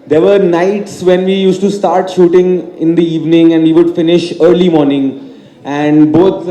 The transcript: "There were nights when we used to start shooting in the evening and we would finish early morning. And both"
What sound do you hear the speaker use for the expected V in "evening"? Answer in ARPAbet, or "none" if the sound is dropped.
V